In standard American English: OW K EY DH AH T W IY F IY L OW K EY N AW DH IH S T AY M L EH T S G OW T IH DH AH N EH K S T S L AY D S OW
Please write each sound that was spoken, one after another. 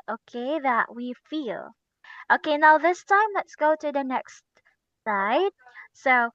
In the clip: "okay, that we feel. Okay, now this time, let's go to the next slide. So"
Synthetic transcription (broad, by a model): OW K EY DH AH T W IY F IY L OW K EY N AW DH IH S T AY M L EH T S G OW T IH DH AH N EH K S T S AY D S OW